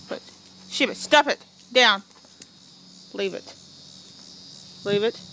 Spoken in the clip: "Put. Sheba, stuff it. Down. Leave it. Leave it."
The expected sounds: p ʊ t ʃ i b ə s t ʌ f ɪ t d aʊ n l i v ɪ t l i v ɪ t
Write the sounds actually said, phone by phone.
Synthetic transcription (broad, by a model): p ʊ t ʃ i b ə s t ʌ p ɪ t d aʊ n l i v ɪ t l i v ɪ t